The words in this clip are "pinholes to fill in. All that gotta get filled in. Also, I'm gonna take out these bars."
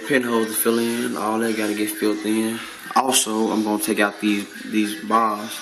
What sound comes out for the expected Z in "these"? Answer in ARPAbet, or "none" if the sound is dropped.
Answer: Z